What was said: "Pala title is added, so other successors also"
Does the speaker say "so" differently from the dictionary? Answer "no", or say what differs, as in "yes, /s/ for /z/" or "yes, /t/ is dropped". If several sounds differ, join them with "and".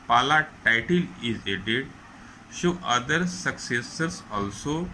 yes, /ʃ/ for /s/